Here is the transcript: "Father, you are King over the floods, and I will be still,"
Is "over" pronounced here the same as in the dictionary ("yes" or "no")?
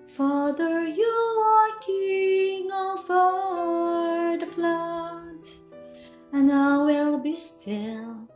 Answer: no